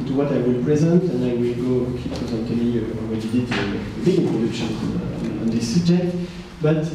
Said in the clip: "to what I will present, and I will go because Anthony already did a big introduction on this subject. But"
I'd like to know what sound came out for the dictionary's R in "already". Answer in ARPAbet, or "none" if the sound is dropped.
W